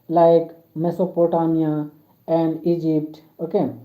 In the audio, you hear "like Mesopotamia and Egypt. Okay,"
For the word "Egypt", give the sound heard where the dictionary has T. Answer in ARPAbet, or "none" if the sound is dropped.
T